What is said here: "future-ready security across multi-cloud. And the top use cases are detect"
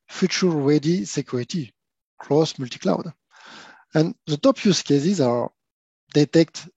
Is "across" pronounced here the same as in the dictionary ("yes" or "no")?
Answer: no